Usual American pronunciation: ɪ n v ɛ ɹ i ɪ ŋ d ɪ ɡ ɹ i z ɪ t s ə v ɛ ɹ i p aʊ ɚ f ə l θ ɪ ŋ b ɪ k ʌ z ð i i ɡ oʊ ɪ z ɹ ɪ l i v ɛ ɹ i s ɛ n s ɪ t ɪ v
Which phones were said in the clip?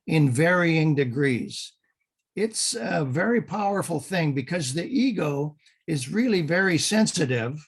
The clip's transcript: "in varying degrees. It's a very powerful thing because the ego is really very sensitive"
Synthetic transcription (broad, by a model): ɪ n v ɛ ɹ i ɪ ŋ d ɪ ɡ ɹ i z ɪ t s ə v ɛ ɹ i p aʊ ɚ f l θ ɪ ŋ b ɪ k ʌ z ð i i ɡ oʊ ɪ z ɹ ɪ l i v ɛ ɹ i s ɛ n s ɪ t ɪ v